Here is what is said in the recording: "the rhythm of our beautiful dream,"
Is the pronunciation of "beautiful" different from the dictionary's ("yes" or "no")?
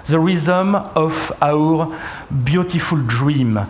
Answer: no